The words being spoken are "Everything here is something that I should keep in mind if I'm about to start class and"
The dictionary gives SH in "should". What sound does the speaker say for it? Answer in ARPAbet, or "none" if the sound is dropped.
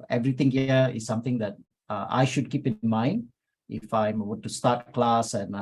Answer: SH